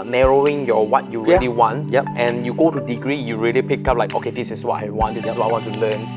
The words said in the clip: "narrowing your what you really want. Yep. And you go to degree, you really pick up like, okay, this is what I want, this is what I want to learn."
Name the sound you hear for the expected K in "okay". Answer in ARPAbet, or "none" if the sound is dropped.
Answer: K